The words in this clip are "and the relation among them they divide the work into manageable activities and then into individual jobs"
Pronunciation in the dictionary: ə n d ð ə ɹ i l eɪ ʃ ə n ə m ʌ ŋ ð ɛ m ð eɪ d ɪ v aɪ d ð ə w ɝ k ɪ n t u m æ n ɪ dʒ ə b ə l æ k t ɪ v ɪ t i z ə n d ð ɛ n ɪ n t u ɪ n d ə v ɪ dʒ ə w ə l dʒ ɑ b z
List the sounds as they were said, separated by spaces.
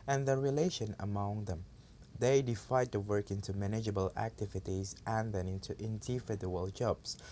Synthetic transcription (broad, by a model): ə n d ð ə ɹ i l eɪ ʃ ə n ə m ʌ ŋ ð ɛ m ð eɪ d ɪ f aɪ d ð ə w ɝ k ɪ n t u m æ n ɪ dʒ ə b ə l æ k t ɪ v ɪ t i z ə n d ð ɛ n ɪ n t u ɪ n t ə f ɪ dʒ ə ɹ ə l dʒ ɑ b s